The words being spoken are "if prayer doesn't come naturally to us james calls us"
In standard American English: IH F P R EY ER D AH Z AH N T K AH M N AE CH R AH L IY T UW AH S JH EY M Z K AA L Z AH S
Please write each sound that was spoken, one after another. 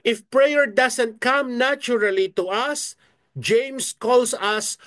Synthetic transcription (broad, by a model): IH F P R EY ER D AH S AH N T K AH M N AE CH R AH L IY T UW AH S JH EY M S K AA L S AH S